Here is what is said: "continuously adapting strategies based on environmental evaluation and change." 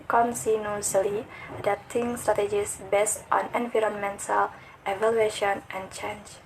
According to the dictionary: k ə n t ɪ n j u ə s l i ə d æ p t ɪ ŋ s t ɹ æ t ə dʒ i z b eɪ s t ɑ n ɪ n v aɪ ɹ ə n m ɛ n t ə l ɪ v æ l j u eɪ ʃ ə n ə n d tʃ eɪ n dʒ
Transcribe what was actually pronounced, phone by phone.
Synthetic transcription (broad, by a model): k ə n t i n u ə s l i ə d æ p t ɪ ŋ s t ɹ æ t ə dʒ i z b eɪ s t ɑ n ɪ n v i ɹ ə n m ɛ n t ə l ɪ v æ l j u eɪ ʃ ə n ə n tʃ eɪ n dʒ